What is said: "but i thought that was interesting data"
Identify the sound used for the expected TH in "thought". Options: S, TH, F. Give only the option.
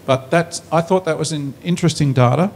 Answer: TH